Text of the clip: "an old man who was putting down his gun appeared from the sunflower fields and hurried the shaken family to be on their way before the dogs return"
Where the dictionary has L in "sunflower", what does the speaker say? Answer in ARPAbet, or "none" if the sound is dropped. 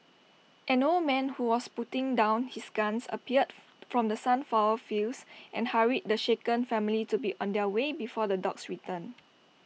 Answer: none